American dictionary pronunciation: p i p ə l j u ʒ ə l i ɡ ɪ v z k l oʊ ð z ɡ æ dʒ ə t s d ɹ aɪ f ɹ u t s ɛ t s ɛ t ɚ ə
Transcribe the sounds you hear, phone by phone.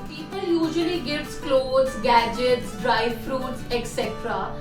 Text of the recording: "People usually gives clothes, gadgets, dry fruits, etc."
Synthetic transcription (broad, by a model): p i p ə l j u ʒ ə l i ɡ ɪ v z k l oʊ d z ɡ æ dʒ ə t s d ɹ aɪ f ɹ u t s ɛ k s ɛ t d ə